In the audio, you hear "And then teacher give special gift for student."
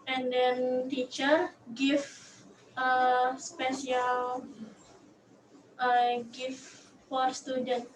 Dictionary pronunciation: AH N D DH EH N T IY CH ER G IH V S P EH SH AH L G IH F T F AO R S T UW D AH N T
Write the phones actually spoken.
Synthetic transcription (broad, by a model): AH N D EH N T IY CH ER G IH F S P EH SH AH L G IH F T F AO R S T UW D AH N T